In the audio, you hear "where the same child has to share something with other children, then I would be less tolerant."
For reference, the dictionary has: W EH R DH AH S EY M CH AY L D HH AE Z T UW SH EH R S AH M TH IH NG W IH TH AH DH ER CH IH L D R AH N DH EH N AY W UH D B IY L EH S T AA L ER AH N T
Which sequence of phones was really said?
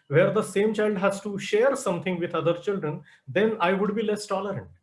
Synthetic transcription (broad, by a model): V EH R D AH S EY M CH AY L D HH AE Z T UW SH EH R S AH M T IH NG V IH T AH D ER CH IH L D R AH N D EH N AY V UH D B IY L EH S T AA L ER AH N T